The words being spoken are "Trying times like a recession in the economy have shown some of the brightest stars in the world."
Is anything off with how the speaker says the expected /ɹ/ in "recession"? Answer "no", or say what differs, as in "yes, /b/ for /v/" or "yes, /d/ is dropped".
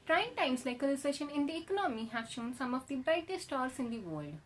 yes, /l/ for /ɹ/